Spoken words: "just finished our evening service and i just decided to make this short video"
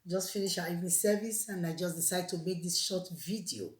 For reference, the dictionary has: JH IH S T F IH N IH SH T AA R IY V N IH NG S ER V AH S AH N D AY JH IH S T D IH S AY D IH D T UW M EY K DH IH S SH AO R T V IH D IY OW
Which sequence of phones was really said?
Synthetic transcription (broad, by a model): JH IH S T F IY N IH SH AA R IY V N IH S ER V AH S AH N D AY JH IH S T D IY S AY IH D T UW M EY K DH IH S SH AO T V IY D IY OW